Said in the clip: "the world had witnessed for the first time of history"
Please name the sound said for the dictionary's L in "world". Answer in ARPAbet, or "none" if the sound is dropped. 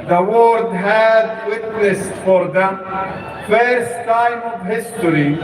none